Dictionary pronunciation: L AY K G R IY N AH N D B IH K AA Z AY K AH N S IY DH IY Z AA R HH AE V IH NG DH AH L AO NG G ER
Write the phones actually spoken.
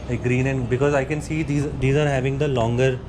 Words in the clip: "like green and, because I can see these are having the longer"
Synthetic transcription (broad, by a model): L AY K G R IY N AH N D B IH K AA Z AY K AH N S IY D IY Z AA R HH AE V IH NG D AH L AO NG G ER